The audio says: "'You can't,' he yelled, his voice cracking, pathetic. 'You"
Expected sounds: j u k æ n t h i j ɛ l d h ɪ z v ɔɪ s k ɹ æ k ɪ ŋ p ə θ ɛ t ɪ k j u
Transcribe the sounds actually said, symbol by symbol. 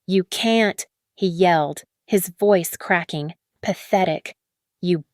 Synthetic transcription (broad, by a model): j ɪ k æ n t h i j ɛ l d h ɪ z v ɔɪ s k ɹ æ k ɪ ŋ p ə θ ɛ t ɪ k j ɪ